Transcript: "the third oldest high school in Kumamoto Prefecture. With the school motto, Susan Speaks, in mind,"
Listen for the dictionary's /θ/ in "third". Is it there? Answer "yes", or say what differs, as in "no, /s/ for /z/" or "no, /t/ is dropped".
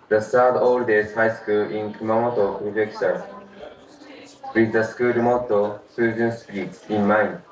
no, /s/ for /θ/